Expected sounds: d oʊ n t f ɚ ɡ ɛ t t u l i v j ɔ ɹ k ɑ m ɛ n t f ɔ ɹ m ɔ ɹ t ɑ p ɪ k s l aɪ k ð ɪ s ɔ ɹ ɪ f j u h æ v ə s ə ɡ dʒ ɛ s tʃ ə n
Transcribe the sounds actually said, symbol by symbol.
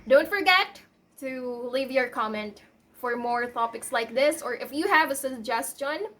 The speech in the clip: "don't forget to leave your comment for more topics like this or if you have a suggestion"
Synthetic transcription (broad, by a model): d oʊ n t f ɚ ɡ ɛ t t u l i v j ɔ ɹ k ɑ m ɛ n t f ɔ ɹ m ɔ ɹ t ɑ p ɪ k s l aɪ k ð ɪ s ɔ ɹ ɪ f j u h æ v ə s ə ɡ dʒ ɛ s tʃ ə n